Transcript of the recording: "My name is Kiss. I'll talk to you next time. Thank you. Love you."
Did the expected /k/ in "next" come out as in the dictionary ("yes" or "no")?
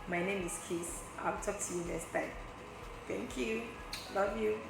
no